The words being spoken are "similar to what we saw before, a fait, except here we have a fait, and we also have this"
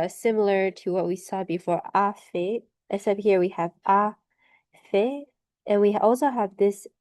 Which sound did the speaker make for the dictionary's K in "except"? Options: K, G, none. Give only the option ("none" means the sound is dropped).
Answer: none